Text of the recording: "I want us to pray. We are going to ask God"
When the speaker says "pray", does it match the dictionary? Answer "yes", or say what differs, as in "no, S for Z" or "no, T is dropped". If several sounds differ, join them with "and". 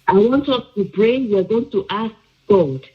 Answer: no, B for P